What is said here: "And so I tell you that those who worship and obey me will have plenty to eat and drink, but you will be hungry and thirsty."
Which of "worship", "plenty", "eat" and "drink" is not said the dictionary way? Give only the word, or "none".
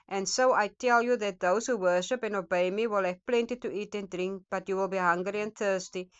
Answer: none